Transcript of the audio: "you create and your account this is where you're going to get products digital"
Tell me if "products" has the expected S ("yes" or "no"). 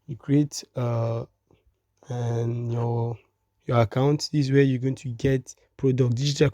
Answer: no